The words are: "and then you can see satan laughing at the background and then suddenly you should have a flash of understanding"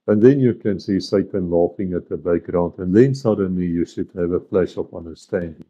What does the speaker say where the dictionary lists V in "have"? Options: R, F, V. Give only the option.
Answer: V